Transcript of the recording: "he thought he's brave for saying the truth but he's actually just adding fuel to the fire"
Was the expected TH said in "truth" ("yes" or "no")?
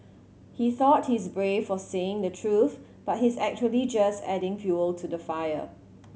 yes